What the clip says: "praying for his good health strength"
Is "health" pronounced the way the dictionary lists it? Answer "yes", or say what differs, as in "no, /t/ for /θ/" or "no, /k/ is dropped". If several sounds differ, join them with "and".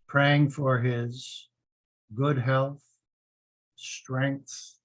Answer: yes